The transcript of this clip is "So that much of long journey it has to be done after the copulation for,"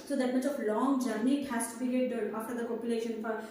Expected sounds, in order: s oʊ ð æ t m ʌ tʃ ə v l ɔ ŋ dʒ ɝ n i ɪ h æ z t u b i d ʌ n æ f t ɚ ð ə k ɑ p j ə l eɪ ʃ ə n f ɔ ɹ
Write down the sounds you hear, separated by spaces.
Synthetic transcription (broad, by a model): s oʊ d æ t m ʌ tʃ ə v l ɔ ŋ dʒ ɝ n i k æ s t u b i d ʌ æ f t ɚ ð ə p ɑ p j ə l eɪ ʃ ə n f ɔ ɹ